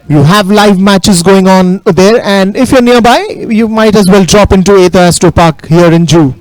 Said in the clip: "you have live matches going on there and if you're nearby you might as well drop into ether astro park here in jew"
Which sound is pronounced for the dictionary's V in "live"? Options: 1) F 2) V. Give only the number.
2